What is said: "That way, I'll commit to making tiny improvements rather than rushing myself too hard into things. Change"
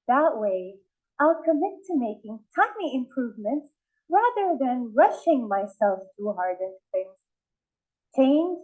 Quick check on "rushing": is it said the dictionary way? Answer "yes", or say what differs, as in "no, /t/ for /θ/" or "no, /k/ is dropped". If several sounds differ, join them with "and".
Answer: yes